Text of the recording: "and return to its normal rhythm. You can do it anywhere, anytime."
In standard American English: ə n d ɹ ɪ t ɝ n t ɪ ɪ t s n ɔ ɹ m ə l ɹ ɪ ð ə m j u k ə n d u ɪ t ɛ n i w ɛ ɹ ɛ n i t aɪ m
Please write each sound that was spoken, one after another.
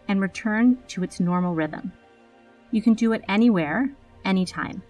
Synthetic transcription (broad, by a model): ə n ɹ ɪ t ɝ n t ɪ ɪ t s n ɔ ɹ m l ɹ ɪ ð ə m j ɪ k ə n d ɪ ɪ t ɛ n i w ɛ ɹ ɛ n i t aɪ m